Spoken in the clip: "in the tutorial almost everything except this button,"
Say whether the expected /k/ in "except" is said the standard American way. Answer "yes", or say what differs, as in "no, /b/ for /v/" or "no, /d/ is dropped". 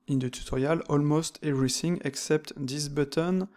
yes